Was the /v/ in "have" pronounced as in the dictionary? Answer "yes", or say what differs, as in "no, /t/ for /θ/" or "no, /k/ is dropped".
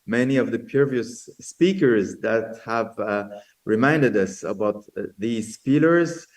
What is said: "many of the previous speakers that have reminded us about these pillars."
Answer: yes